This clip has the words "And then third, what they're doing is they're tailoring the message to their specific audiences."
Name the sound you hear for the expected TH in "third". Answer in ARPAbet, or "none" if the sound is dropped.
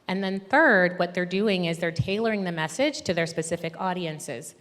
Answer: TH